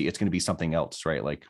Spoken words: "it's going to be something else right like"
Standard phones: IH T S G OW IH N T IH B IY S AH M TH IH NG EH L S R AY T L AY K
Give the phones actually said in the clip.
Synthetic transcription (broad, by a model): IH T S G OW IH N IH B IY S AH M TH IH NG EH L S R AY T L AY K